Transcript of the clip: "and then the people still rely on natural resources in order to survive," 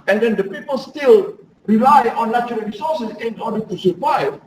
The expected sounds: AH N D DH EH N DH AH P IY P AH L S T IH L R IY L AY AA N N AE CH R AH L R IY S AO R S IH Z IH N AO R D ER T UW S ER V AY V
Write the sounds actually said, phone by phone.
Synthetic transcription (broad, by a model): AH N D EH N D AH P IY P AH L S T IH L R IY L AY AA N L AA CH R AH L R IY S AO S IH S IH N AO D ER T UW S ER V AY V